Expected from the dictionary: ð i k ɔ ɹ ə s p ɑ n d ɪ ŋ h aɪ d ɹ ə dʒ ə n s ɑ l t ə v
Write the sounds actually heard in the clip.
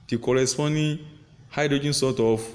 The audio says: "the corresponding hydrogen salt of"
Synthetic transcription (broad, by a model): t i k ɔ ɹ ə s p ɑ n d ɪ h aɪ d ɹ ə dʒ ə n s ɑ t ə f